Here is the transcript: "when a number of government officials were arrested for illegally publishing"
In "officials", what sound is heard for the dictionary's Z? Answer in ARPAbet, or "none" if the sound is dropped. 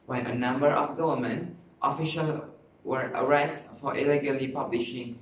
none